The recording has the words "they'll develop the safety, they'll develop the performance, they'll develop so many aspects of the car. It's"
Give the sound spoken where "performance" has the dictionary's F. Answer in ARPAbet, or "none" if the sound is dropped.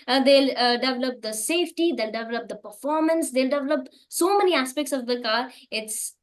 F